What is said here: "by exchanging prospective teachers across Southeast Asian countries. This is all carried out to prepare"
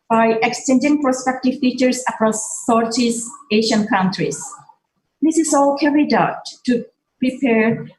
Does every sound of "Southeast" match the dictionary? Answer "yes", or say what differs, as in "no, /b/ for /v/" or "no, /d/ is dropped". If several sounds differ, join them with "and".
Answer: no, /t/ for /θ/ and /t/ is dropped